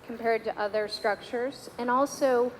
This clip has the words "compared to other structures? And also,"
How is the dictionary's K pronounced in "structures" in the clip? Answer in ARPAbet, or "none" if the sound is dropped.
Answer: K